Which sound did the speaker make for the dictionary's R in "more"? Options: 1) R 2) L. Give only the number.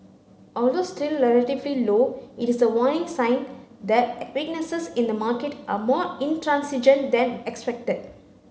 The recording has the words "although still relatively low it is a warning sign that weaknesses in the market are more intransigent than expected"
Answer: 1